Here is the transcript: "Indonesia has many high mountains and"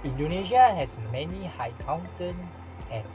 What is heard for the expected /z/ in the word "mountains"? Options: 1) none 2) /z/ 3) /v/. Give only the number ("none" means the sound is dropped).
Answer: 1